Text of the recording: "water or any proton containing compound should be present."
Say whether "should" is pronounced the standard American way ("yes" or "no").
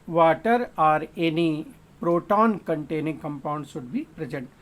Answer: no